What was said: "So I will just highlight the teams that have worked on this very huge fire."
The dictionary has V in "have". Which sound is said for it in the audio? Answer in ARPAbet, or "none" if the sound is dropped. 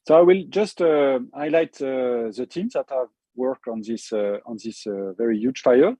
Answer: V